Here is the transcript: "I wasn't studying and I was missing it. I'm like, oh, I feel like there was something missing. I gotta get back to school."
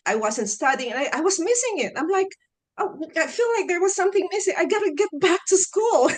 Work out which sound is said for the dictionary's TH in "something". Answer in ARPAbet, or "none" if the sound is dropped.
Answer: TH